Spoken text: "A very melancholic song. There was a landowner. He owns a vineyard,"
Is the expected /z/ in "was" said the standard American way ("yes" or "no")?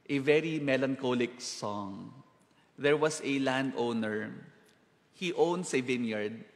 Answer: no